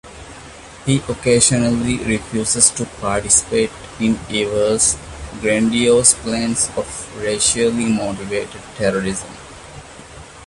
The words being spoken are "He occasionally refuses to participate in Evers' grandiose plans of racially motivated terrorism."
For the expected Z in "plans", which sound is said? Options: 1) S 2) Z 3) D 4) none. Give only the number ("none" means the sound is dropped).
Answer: 1